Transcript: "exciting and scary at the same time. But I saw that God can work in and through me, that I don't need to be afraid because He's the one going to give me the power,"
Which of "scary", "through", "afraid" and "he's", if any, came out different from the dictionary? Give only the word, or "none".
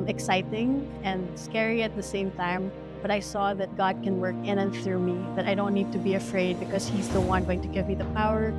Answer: none